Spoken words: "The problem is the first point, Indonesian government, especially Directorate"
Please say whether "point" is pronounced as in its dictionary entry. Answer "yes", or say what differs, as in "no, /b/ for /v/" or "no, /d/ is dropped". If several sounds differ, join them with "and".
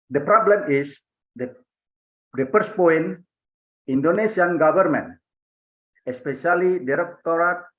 no, /t/ is dropped